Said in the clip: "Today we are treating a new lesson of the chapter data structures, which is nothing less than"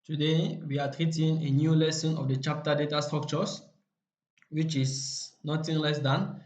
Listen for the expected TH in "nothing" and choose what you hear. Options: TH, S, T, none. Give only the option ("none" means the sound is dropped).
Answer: T